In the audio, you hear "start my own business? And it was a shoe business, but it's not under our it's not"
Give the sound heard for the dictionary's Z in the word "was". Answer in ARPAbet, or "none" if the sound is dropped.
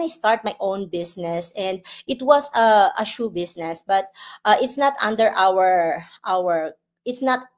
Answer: S